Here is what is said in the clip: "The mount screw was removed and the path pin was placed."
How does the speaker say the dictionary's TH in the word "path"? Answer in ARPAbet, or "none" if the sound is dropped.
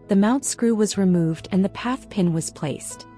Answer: TH